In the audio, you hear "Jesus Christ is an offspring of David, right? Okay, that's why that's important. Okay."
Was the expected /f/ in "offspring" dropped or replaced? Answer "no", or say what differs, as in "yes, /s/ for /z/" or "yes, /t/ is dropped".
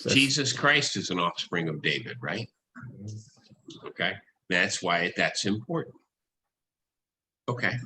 no